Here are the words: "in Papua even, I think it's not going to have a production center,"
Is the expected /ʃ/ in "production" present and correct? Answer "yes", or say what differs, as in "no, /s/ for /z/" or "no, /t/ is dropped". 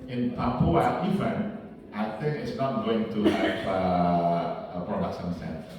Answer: no, /s/ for /ʃ/